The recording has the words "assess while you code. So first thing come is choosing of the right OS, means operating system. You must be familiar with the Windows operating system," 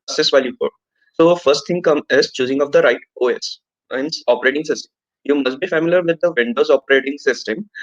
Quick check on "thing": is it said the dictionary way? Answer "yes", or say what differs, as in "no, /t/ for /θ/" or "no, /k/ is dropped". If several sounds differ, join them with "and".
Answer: no, /t/ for /θ/